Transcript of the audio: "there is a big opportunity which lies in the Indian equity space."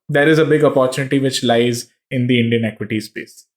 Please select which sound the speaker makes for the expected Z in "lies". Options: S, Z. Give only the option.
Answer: Z